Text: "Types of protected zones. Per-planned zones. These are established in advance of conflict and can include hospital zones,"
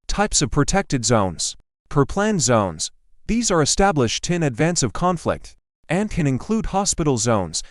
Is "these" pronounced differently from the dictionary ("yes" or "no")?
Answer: no